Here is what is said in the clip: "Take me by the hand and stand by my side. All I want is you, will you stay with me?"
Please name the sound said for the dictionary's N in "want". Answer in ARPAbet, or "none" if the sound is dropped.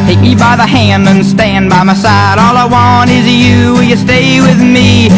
N